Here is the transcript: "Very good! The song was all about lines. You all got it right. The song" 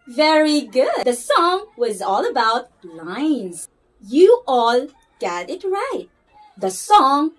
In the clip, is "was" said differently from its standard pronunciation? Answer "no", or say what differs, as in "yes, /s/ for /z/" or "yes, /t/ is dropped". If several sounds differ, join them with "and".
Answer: no